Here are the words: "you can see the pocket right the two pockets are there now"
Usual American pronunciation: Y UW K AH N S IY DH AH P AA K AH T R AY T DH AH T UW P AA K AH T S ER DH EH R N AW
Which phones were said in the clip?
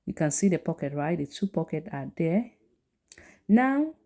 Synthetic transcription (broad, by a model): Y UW K AH N S IY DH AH P AA K AH T R AY T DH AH T UW P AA K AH T AA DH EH N AW